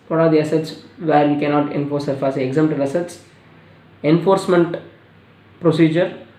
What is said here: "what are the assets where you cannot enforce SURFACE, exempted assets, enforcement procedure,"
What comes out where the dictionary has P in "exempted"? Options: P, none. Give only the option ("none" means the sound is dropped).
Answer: none